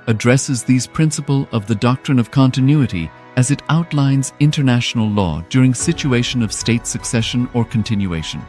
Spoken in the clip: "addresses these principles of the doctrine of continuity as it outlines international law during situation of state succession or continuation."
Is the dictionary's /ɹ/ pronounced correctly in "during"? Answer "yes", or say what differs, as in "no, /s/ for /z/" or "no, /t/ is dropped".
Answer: yes